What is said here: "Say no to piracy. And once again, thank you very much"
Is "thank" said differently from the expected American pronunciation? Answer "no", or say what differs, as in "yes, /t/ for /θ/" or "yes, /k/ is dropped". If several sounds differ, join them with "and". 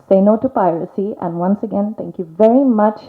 yes, /t/ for /θ/